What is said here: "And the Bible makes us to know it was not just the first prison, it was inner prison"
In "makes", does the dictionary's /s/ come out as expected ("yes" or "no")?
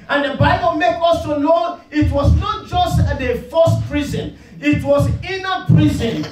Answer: no